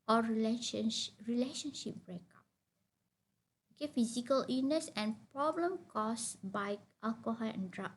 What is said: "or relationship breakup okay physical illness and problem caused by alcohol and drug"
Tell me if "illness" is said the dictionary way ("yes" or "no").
no